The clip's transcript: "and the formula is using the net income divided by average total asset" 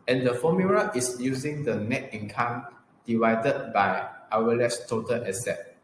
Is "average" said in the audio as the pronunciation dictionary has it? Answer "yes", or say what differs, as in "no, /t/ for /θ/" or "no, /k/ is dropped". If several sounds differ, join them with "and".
no, /w/ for /v/